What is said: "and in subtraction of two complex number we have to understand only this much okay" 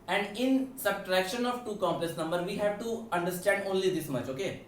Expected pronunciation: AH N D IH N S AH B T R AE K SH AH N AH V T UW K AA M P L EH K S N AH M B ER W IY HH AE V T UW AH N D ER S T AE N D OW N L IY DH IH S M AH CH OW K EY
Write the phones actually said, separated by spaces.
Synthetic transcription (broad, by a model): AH N D IH N S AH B T R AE K SH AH N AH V T UW K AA M P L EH S N AH M B ER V IY HH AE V T UW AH N D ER S T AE N D OW N L IY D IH S M AH CH OW K EY